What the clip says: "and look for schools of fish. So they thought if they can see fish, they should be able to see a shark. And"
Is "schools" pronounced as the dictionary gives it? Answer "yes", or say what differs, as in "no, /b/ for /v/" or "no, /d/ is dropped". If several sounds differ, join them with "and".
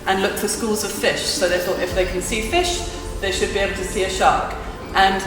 yes